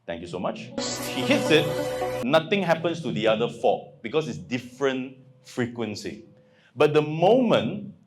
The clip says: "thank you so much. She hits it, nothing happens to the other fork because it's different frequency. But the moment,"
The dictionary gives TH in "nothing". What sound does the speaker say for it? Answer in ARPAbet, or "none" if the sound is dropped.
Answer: T